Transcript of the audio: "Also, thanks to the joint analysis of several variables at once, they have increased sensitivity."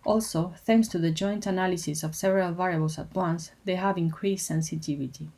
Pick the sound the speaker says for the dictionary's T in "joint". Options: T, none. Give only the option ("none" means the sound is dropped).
T